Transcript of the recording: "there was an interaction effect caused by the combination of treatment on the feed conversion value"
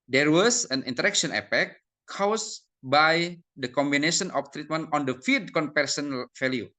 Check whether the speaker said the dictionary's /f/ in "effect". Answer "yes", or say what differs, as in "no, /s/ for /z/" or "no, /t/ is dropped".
no, /p/ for /f/